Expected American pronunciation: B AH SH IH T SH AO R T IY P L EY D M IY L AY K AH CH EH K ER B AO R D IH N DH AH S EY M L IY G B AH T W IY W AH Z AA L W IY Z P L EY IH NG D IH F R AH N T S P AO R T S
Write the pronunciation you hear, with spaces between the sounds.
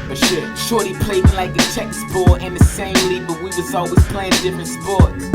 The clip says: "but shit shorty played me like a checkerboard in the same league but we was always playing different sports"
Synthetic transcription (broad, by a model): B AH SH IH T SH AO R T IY P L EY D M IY L AY K AH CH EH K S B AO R IH N DH AH S EY M L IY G B AH T W IY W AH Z AA L W IY Z P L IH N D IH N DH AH S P AO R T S